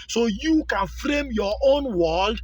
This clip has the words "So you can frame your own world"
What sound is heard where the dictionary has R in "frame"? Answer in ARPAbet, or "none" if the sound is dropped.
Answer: R